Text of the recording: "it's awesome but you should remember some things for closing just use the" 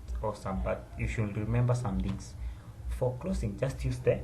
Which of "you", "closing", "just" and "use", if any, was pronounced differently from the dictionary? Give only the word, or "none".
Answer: closing